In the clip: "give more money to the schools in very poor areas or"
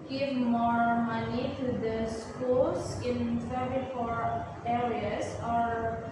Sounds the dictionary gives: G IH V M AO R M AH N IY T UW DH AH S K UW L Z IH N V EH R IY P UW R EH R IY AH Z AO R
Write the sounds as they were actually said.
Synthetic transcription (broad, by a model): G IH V M AO R M AH N IY T UW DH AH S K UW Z IH N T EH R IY F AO R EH R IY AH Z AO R